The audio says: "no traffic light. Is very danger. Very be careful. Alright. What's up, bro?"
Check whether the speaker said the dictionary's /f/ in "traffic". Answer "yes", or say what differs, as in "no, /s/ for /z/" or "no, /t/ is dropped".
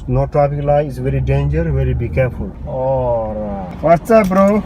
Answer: no, /p/ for /f/